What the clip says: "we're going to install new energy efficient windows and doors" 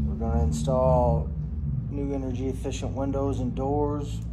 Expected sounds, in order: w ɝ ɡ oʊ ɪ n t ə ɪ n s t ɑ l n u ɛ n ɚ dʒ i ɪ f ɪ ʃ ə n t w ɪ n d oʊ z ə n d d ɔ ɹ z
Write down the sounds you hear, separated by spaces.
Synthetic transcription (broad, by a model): w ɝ ɡ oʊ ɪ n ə ɪ n s t ɑ l n u ɛ n ɚ dʒ i ɪ f ɪ ʃ ə n t w ɪ n d oʊ z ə n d d ɔ ɹ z